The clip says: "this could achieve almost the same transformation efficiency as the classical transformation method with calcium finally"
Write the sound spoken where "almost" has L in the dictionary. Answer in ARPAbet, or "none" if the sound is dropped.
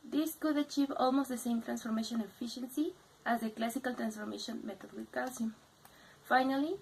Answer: L